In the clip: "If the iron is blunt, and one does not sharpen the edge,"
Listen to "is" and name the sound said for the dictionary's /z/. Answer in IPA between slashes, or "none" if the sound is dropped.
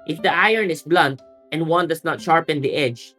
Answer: /s/